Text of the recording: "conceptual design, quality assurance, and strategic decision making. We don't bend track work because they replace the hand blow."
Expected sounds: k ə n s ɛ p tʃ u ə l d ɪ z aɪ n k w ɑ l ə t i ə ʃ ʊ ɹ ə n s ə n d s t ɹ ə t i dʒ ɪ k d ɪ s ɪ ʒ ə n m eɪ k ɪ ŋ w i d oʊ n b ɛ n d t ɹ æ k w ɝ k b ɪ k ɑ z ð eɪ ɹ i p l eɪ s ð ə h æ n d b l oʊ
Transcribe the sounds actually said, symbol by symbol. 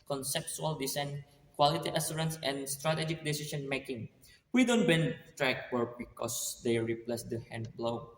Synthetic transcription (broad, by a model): k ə n s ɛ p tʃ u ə l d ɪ s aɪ n k w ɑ l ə t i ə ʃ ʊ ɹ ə n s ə n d s t ɹ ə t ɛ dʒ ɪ k d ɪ s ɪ ʃ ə n m eɪ k ɪ ŋ w i d oʊ n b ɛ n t ɹ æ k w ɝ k b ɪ k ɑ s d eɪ ɹ i p l eɪ s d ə h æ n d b l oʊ